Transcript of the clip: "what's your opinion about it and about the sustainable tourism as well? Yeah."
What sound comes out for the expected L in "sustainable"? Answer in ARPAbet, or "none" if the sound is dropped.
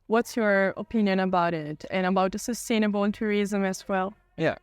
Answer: N